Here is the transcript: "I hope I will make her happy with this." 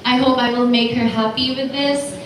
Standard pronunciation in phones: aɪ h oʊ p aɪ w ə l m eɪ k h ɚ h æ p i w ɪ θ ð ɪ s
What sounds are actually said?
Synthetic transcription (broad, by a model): aɪ h oʊ p aɪ w ə l m eɪ k h ɚ h æ p i w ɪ ð ɪ s